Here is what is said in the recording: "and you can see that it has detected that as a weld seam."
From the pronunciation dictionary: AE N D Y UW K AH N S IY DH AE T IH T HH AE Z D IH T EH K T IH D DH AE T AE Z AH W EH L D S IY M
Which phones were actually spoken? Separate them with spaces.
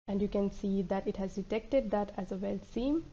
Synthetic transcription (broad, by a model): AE N D Y UW K AH N S IY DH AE T IH T HH AE Z D IH T EH K T IH D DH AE T AE Z AH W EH L S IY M